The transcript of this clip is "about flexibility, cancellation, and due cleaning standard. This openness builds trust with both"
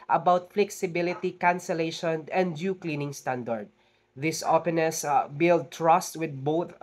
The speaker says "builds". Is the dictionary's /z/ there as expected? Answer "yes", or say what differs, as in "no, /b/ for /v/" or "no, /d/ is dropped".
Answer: no, /z/ is dropped